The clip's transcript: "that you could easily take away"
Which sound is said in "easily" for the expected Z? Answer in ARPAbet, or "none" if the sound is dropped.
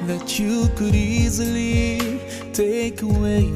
Z